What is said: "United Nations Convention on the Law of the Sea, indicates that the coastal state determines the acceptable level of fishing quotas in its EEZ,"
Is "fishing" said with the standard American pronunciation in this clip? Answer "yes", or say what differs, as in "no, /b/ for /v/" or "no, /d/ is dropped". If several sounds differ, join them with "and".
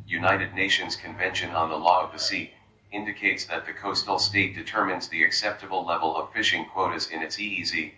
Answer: yes